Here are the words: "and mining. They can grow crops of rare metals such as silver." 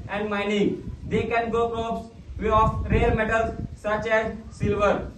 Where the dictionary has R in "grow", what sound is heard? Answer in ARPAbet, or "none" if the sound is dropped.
none